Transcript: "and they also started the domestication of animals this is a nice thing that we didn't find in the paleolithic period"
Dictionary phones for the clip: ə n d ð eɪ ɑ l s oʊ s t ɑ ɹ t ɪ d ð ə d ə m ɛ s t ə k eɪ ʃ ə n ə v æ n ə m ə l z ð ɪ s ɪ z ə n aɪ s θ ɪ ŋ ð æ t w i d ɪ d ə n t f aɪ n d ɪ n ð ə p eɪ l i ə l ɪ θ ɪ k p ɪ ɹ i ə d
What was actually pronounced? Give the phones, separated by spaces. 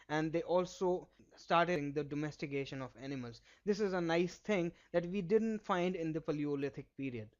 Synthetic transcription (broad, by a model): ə n d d eɪ ɑ l s oʊ s t ɑ ɹ t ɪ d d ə d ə m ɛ s t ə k eɪ ʃ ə n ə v æ n ə m ə l z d ɪ s ɪ z ə n aɪ s t ɪ ŋ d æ t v i d ɪ d ə n t f aɪ n d ɪ n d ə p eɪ l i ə l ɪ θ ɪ k p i ɹ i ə d